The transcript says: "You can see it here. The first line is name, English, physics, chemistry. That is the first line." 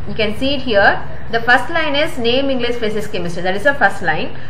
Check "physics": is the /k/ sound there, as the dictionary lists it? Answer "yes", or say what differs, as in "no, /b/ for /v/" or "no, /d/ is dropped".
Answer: no, /k/ is dropped